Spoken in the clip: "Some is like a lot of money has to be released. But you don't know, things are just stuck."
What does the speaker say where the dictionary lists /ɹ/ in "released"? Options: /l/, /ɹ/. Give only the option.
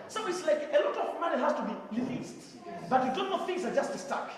/l/